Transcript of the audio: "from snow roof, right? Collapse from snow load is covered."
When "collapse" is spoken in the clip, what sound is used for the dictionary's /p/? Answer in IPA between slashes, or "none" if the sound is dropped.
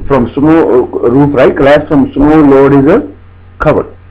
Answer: none